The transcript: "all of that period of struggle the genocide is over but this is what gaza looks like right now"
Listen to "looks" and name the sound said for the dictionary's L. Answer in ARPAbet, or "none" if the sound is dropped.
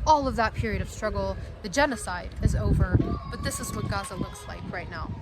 L